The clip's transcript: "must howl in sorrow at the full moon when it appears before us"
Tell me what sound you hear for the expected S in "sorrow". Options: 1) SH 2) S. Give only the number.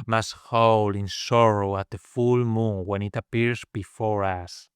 2